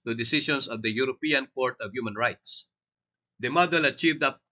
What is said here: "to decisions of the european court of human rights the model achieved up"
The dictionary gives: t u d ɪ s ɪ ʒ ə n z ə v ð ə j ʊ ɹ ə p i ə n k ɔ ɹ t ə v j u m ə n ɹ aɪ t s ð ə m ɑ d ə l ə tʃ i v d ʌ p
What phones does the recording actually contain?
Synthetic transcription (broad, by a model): t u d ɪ s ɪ ʃ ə n s ə v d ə j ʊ ɹ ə p i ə n k ɔ ɹ t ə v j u m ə n ɹ aɪ t s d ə m ɑ d ə l ə tʃ i v d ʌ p